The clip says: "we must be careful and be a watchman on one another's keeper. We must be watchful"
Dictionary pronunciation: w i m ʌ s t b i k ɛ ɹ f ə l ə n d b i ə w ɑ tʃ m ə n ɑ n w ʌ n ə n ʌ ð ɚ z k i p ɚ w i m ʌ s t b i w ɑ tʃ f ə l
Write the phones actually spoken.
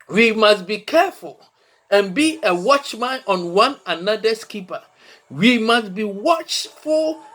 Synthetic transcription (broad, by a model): w i m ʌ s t b i k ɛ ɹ f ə l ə n b i ə w ɑ tʃ m ə n ɑ n w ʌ n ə n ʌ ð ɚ s k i p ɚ w i m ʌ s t b i w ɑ tʃ f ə l